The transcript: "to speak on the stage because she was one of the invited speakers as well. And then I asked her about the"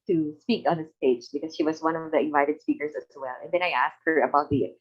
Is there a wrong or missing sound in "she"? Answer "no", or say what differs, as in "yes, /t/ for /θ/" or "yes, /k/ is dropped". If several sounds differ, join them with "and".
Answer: no